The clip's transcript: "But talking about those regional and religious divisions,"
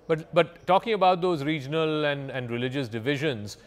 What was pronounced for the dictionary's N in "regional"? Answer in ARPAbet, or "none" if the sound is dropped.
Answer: L